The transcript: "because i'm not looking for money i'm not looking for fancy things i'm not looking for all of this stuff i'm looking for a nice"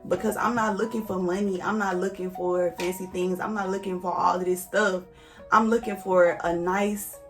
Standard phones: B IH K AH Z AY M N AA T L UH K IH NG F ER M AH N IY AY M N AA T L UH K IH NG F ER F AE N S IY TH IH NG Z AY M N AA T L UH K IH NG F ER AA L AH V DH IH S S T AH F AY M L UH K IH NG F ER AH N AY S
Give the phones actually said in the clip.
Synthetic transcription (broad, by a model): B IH K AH Z AY M N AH T L UH K IH NG F ER M AH N IY AY M N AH T L UH K IH NG F ER F AE N S IY TH IH NG Z AY M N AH T L UH K IH NG F ER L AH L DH IH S S T AH F AY M L UH K IH NG F ER AH N AY S